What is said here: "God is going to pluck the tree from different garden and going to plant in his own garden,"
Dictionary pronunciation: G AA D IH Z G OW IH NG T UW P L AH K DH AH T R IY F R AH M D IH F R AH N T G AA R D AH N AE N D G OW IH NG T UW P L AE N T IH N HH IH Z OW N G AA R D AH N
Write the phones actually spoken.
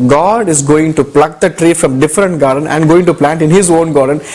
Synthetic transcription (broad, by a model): G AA D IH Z G OW IH NG T UW P L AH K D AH T R IY F R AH M D IH F R AH N T G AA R D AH N AE N D G OW IH NG T UW P L AE N T IH N HH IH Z OW N G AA R D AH N